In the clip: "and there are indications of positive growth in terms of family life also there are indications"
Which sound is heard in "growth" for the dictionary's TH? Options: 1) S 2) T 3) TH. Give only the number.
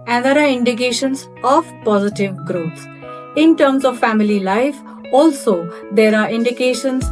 1